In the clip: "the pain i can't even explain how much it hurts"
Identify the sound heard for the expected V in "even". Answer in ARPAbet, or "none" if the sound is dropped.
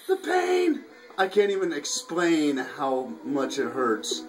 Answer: V